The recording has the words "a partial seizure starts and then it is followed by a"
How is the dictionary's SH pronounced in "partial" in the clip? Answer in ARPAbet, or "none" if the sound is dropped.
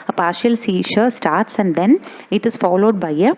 SH